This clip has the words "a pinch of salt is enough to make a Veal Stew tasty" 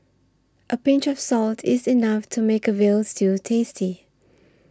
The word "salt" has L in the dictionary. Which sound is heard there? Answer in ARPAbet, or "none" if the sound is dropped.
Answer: L